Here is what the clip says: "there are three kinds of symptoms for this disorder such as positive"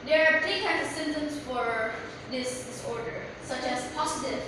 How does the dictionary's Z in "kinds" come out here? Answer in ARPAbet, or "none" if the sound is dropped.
none